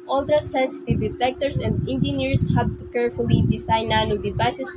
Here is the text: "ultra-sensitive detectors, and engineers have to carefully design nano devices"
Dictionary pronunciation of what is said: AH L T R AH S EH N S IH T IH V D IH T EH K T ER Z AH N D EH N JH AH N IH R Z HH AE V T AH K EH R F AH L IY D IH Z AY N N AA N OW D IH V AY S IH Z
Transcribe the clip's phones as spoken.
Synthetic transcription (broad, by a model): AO L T R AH S EH N S IH T IH V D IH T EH K T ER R AH N D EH N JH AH N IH R S HH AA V T AH K EH R F AH L IY D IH S AY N N AA N OW D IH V AY S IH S